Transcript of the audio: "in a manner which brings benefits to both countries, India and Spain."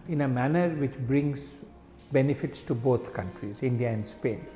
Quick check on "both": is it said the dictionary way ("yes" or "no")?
no